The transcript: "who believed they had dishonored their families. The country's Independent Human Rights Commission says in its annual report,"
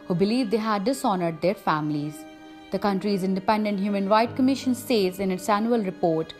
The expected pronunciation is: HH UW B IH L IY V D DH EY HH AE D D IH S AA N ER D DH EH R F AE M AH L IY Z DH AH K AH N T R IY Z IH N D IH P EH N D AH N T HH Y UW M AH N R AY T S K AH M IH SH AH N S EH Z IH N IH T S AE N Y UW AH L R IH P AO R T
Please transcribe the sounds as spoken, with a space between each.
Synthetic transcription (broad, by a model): HH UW B IH L IY V D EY HH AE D D IH S AA N ER D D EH R F AE M AH L IY Z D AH K AH N T R IY Z IH N D IH P EH N D AH N T HH Y UW M AH N R AY T K AH M IH SH AH N S EH Z IH N IH T S AE N Y UW AH L R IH P AO R T